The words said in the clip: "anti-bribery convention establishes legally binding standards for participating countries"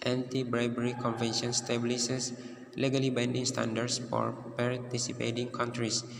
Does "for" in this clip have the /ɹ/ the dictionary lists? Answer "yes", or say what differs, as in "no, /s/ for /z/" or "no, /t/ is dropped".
yes